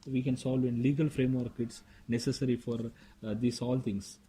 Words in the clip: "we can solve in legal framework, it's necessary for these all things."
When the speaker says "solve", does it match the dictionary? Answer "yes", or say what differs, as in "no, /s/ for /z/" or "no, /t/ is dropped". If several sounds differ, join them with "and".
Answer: yes